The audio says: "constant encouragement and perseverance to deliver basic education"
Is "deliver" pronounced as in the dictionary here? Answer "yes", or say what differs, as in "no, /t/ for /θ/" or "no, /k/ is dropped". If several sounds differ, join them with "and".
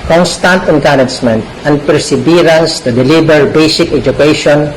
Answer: no, /b/ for /v/